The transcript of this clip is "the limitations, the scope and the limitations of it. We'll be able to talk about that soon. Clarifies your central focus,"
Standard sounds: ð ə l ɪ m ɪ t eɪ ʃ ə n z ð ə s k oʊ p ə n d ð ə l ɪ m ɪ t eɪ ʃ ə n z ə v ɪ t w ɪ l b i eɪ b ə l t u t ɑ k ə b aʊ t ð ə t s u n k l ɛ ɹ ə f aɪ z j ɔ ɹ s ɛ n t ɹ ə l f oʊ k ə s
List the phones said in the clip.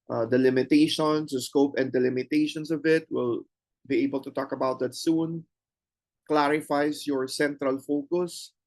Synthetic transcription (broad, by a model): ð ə l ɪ m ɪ t eɪ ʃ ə n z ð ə s k oʊ p ə n d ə l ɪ m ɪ t eɪ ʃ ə n s ə v ɪ t w ɪ l b i eɪ b ə l t u t ɑ k ə b aʊ t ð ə t s u n k l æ ɹ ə f aɪ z j ɔ ɹ s ɛ n t ɹ ə l f oʊ k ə s